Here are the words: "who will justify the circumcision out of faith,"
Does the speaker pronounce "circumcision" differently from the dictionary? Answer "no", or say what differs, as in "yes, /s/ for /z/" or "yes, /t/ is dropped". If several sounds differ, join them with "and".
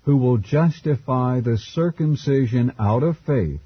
no